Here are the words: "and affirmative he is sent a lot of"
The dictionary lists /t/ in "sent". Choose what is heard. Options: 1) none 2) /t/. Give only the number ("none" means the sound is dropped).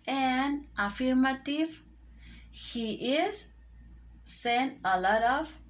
1